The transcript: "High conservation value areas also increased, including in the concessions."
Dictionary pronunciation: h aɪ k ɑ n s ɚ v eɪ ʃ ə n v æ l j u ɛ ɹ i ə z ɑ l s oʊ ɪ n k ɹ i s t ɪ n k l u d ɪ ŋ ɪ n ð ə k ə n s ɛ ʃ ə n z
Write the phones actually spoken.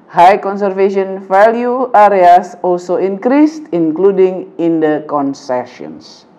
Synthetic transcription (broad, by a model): h aɪ k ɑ n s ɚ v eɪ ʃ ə n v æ l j u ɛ ɹ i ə s ɑ l s oʊ ɪ n k ɹ i s t ɪ n k l u d ɪ ŋ ɪ n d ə k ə n s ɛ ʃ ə n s